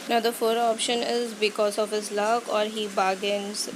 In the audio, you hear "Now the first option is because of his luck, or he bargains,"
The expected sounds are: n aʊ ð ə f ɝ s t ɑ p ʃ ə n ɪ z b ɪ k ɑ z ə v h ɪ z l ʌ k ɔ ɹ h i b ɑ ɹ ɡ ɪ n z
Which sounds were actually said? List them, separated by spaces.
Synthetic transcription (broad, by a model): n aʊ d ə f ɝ t ɑ p ʃ ə n ɪ z b ɪ k ɑ z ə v h ɪ z l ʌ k ɔ ɹ h i b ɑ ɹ ɡ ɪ n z